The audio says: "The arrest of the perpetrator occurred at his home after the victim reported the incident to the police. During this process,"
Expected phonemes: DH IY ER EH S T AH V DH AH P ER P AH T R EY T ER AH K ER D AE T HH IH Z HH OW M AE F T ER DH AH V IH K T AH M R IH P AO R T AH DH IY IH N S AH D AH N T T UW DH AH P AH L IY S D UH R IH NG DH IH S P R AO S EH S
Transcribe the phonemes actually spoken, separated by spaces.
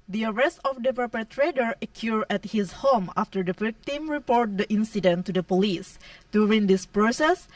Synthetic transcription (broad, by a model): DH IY ER EH S T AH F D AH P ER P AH T R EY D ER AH K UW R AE T HH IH S HH OW M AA F T ER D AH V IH K T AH M R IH P AO R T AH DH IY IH N S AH D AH N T T UW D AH P AH L IY S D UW R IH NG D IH S P R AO S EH S